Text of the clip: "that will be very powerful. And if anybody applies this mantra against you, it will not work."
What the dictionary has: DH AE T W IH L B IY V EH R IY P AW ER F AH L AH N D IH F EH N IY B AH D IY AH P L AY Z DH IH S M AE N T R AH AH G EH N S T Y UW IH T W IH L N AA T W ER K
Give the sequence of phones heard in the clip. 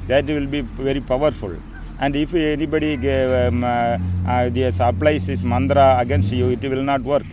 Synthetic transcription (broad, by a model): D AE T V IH L B IY V EH R IY P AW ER F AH L AH N D IH F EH N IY B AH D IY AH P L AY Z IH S M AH N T R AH AH G EH N S T Y UW IH T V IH L N AA T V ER K